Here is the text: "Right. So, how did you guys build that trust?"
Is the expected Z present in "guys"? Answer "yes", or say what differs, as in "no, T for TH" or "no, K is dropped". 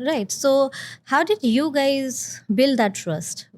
yes